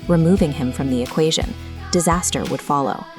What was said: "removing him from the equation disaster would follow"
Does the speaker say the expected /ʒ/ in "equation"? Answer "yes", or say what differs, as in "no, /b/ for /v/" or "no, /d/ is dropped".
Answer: yes